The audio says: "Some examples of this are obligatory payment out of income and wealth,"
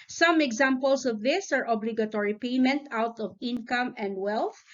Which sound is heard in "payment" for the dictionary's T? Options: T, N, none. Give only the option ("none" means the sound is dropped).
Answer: T